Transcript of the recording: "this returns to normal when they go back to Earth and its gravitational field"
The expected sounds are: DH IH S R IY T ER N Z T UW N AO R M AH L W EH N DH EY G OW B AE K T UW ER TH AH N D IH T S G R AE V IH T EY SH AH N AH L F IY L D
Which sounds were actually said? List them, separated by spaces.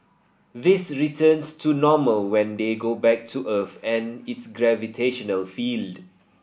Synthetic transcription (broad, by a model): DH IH S R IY T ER N S T UW N AO M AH L W EH N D EY G OW B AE K T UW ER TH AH N IH T S G R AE V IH T EY SH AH N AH L F IY L D